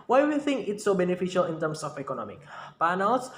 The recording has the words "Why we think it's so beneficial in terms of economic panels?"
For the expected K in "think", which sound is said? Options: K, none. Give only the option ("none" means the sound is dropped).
K